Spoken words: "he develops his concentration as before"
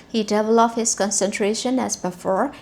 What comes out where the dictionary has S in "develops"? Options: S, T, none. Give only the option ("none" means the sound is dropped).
none